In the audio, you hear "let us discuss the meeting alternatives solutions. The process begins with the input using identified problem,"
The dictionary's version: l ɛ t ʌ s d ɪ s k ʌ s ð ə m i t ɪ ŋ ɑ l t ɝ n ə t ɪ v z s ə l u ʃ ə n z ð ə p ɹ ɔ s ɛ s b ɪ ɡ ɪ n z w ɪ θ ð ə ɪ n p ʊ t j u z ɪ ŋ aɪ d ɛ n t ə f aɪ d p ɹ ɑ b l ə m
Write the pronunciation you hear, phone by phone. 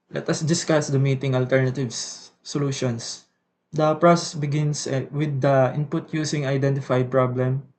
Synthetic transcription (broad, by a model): l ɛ t ʌ s d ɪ s k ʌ s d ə m i t ɪ ŋ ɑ l t ɝ n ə t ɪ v s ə l u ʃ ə n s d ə p ɹ ɔ s ɛ s b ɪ ɡ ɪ n s w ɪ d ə ɪ n p ʊ t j u s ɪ ŋ aɪ d ɛ n t ə f aɪ d p ɹ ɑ b l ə m